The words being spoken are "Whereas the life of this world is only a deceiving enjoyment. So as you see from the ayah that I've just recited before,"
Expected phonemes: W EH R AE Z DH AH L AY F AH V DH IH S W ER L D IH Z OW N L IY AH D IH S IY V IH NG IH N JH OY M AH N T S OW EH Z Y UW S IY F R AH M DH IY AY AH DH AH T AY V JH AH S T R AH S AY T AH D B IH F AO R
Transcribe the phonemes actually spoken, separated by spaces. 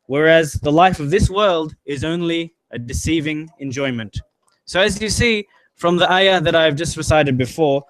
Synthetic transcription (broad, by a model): W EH R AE Z DH AH L AY F AH V DH IH S W ER L D IH Z OW N L IY AH D IH S IY V IH NG IH N JH OY M AH N T S OW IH Z Y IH S IY F R AH M DH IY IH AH DH AH T AY V JH AH S T R AH S AY T AH D B IH F AO R